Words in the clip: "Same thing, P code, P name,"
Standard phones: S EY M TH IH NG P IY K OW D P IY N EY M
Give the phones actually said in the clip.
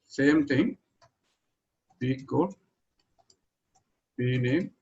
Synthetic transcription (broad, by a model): S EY M T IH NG B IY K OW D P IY N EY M